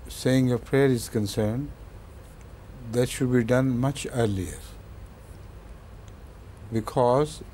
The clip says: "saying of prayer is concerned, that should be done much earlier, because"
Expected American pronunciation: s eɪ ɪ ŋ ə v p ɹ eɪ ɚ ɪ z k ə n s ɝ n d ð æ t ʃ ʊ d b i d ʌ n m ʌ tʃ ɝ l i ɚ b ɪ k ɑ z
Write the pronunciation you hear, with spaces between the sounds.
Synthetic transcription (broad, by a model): s eɪ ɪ ŋ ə p ɹ eɪ ɚ ɪ z k ə n s ɝ n d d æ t ʃ ʊ d b i d ʌ n m ʌ tʃ ɝ l i ɚ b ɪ k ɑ z